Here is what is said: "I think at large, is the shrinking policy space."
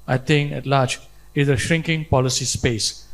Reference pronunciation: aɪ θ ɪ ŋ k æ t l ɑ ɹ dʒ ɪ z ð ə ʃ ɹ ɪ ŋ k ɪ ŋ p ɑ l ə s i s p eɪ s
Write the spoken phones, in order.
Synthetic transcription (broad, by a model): aɪ t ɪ ŋ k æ t l ɑ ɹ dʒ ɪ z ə ʃ ɹ ɪ ŋ k ɪ ŋ p ɑ l ə s i s p eɪ s